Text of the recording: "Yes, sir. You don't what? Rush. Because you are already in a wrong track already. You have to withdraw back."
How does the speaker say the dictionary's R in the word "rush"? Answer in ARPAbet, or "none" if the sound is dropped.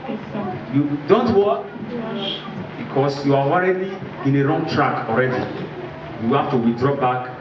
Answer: W